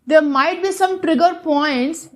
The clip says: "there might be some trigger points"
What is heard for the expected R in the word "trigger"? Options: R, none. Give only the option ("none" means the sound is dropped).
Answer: R